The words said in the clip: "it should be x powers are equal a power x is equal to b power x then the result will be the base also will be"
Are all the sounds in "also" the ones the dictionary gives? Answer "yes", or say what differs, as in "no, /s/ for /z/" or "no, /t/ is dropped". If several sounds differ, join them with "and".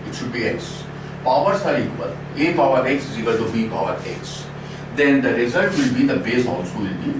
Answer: no, /n/ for /l/